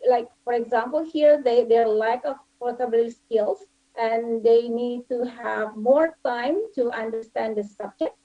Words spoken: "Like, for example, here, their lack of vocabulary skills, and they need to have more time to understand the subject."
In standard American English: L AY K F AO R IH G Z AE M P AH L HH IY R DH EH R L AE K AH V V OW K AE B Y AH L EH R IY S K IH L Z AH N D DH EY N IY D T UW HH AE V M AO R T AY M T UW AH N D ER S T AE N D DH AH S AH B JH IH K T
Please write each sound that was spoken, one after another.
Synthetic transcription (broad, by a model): L AY K F AO R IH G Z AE M P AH L HH IY R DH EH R L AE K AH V P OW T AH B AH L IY S K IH L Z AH N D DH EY N IY D T UW HH AE V M AO R T AY M T UW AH N D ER S T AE N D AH S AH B JH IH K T